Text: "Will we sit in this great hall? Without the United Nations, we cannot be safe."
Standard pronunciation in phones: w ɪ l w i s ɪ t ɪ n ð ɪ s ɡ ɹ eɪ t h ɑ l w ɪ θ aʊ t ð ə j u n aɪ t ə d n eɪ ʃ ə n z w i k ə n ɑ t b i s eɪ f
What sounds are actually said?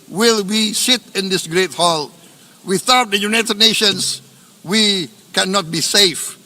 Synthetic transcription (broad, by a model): w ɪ l w i s ɪ t ɪ n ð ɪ s ɡ ɹ eɪ t h ɑ l w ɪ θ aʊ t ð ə j u n aɪ t ə d n eɪ ʃ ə n s w i k ə n ɑ t b i s eɪ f